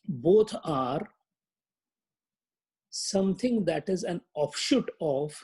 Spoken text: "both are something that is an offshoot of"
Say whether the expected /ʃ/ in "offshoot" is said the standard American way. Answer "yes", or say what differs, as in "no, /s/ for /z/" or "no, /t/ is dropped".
yes